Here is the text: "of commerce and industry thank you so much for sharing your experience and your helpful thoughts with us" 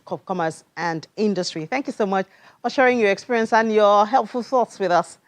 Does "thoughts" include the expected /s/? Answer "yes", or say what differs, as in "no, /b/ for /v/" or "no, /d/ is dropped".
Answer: yes